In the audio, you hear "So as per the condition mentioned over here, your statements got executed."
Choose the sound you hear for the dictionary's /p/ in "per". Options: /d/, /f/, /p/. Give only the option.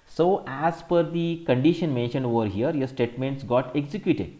/f/